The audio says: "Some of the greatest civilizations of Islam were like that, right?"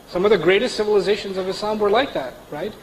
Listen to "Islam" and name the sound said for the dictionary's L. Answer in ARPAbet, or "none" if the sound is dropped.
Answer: none